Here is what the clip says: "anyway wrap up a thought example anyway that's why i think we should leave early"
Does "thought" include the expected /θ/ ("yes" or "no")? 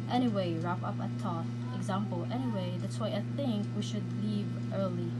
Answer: no